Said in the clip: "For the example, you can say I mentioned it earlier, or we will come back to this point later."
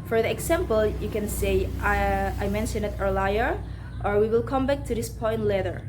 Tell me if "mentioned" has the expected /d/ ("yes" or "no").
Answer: no